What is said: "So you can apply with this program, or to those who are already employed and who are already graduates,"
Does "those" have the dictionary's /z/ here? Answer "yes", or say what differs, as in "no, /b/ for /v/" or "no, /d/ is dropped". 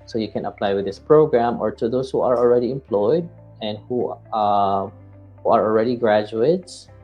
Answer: no, /s/ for /z/